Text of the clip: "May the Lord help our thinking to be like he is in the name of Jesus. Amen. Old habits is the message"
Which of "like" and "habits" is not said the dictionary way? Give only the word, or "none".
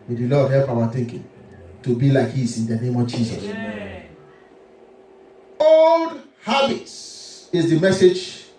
habits